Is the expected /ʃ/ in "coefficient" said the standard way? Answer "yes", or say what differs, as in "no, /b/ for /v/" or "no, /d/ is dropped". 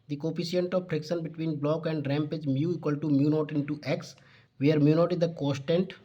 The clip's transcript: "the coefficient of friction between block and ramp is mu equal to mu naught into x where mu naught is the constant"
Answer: no, /ʃ/ is dropped